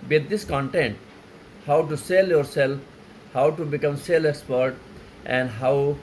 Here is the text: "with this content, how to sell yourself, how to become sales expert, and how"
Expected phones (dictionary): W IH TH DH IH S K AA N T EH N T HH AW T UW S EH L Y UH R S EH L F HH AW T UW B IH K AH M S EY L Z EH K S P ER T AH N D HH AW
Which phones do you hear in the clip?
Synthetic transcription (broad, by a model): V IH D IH S K AA N T EH N T HH AW T UW S EH L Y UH R S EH L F HH AW T UW B IH K AH M S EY L EH K S P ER T AH N D HH AW